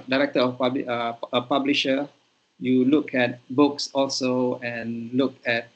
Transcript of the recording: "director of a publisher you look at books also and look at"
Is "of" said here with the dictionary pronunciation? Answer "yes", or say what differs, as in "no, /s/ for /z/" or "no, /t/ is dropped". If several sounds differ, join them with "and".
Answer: no, /b/ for /v/